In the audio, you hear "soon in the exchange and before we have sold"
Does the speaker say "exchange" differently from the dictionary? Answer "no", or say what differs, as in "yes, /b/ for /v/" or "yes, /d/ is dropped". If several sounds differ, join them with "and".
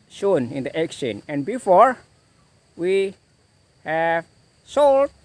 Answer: yes, /dʒ/ is dropped